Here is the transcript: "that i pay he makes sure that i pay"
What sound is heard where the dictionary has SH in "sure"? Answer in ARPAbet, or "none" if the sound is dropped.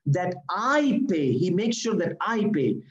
SH